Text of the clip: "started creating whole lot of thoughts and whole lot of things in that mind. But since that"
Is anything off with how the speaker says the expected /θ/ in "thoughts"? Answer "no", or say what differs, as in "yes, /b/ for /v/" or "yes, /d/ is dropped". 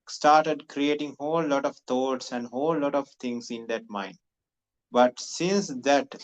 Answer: yes, /t/ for /θ/